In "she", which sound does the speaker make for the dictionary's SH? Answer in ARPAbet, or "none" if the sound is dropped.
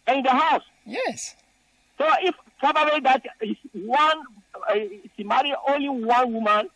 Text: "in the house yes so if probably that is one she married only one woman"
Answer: S